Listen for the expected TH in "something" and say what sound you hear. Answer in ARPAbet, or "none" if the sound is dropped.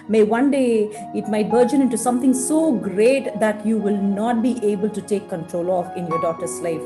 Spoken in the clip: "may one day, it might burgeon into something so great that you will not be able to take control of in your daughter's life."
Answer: T